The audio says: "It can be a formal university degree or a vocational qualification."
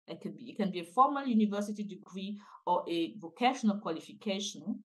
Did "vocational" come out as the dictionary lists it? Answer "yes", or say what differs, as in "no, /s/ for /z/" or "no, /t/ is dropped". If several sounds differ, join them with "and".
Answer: yes